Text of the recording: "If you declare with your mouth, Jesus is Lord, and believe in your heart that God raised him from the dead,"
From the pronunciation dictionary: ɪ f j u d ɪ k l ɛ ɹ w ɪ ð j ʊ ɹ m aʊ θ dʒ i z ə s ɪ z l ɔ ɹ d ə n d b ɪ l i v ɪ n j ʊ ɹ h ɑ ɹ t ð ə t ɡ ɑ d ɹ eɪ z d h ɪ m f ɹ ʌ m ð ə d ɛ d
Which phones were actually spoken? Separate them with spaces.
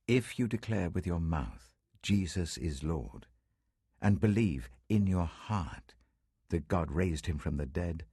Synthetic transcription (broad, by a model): ɪ f j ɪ d ɪ k l ɛ ɹ w ɪ ð j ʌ ɹ m aʊ θ dʒ i z ə s ɪ z l ɔ ɹ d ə n b ɪ l i v ɪ n j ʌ ɹ h ɑ ɹ t ð ə t ɡ ɑ d ɹ eɪ z d h ɪ m f ɹ ʌ m ð ə d ɛ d